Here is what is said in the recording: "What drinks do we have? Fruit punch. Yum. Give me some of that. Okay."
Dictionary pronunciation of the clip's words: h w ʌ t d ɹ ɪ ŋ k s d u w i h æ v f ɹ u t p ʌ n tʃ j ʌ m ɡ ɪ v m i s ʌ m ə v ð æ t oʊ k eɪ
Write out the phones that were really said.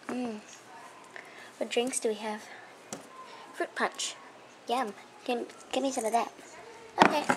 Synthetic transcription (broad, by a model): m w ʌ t d ɹ ɪ ŋ k s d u w i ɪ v f ɹ u t p ʌ n tʃ j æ m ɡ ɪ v m i s ʌ m ə v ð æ t oʊ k eɪ